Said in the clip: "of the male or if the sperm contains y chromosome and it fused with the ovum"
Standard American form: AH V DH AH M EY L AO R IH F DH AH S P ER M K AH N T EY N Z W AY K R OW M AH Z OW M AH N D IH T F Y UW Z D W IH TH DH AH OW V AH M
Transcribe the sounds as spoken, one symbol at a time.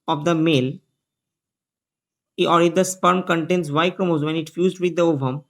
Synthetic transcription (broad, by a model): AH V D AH M EY L AO R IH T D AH S P ER M K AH N T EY N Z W AY K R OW M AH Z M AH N IH T F Y UW Z D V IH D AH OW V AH M